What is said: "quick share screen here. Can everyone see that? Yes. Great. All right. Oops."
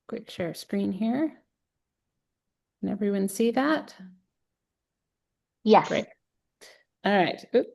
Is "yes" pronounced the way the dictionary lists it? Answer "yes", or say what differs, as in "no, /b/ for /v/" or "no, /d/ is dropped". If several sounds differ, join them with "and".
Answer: no, /s/ is dropped